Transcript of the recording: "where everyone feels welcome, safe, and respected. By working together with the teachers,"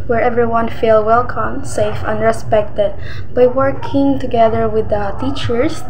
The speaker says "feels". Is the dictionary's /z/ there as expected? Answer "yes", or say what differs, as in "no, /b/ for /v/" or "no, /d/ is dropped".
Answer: no, /z/ is dropped